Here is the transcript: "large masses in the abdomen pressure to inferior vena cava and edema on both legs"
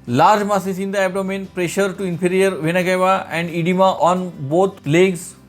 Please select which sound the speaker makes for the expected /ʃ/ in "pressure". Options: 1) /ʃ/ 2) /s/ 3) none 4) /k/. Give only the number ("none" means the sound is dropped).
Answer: 1